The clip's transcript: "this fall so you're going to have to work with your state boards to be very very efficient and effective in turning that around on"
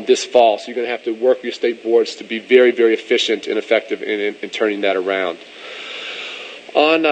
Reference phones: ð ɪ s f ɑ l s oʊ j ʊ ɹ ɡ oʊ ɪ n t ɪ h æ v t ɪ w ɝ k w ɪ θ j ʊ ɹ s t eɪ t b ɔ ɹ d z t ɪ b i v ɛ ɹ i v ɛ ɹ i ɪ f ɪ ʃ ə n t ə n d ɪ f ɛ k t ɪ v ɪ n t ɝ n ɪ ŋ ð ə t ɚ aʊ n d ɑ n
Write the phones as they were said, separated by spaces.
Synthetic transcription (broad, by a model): ð ɪ s f ɑ l s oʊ j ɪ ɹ ɡ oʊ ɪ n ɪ h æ f t ɪ w ɝ k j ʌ ɹ s t eɪ t b ɔ ɹ d z t ɪ b i v ɛ ɹ i v ɛ ɹ i ɪ f ɪ ʃ ə n t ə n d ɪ f ɛ k t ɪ v ɪ n t ɝ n ɪ ŋ ð ə t ɚ aʊ n d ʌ n